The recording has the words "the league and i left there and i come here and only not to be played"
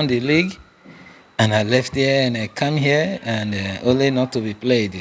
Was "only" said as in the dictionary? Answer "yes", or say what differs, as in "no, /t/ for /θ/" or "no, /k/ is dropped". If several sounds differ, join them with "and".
yes